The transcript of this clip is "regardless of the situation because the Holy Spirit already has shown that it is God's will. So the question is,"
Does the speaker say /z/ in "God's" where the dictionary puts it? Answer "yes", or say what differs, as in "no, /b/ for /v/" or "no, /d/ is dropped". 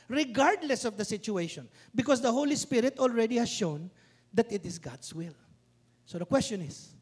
no, /s/ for /z/